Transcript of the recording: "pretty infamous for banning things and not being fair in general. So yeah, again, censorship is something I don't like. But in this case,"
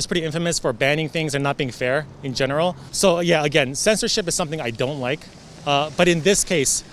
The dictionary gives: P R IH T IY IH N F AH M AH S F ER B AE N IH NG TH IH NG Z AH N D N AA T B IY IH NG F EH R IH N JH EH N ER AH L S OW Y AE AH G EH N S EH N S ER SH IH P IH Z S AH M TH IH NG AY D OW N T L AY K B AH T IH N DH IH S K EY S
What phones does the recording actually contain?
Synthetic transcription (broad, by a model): P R IH T IY IH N F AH M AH S F ER B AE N IH NG TH IH NG Z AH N N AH T B IY IH NG F EH R IH N JH EH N ER L S OW Y AE AH G EH N S EH N S ER SH IH P IH Z S AH M TH IH NG AY D OW N T L AY K B AH T IH N DH IH S K EY S